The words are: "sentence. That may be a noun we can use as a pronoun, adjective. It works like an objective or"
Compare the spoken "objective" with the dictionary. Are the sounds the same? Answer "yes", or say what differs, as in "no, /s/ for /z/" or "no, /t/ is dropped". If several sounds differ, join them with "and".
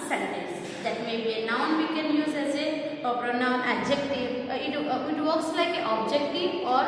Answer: no, /v/ is dropped